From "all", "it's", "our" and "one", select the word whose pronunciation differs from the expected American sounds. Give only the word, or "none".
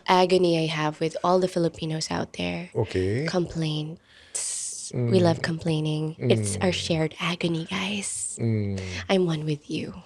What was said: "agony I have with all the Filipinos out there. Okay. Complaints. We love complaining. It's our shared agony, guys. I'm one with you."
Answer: none